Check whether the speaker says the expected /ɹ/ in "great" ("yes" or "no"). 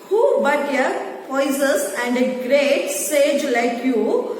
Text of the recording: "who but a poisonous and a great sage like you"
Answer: yes